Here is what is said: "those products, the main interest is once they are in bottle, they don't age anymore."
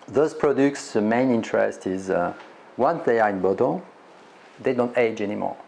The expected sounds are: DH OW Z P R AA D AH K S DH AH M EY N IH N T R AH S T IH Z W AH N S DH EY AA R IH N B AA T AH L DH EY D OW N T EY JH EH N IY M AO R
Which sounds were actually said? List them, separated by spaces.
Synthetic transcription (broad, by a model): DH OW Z P R AA D AH K S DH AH M EY N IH N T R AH S T IH Z W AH N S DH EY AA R IH N B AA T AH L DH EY D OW N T EY JH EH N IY M AO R